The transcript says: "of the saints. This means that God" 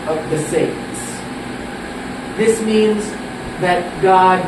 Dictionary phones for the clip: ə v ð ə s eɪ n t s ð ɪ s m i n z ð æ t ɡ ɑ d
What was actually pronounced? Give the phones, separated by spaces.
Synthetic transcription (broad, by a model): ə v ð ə s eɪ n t s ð ɪ s m i n z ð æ t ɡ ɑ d